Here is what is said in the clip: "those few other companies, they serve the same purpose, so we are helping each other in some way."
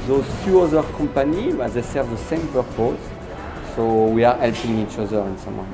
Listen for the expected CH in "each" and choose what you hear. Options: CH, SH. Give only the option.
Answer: CH